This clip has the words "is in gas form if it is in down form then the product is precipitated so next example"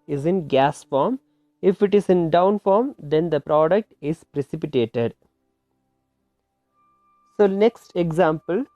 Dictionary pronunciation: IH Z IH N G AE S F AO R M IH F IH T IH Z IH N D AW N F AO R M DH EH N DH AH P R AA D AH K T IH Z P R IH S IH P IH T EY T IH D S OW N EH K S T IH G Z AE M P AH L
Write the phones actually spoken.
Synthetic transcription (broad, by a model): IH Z IH N G AE S F AO R M IH F IH T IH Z IH N D AW N F AO R M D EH N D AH P R AA D AH K T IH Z P R IH S IH P IH T EY T IH D S OW N EH K S T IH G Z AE M P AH L